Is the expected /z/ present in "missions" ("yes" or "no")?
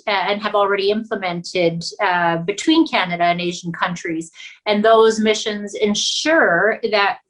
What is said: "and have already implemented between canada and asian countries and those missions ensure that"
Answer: yes